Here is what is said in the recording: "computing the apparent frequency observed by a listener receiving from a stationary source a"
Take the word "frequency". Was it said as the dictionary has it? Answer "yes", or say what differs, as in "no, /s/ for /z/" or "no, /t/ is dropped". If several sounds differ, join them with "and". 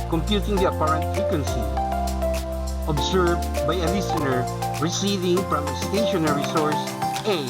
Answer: no, /ɹ/ is dropped